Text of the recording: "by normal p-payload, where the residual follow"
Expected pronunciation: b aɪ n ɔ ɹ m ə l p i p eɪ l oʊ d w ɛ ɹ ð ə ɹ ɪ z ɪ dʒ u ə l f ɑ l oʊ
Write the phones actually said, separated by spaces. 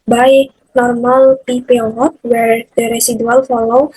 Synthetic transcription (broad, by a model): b aɪ n ɔ ɹ m ə l p i p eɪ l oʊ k w ɛ ɹ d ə ɹ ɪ s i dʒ u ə l f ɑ l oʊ